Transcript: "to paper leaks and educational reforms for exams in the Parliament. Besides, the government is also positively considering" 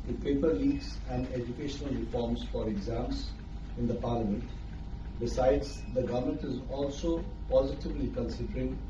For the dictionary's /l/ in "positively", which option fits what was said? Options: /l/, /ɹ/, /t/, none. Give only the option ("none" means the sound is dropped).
/l/